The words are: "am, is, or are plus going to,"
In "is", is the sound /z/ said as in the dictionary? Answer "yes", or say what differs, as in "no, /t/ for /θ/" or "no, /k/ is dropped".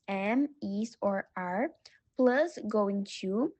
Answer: no, /s/ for /z/